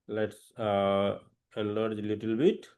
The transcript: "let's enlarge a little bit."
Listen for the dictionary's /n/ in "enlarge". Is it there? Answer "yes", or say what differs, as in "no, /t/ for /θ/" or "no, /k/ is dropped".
no, /n/ is dropped